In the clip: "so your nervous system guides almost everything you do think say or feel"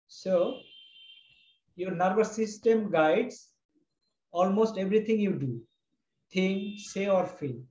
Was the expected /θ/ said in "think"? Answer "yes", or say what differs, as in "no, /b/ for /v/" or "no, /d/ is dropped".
no, /t/ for /θ/